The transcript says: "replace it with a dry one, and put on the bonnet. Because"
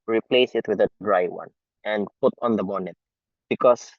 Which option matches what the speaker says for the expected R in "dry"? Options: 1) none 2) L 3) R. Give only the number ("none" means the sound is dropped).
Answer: 3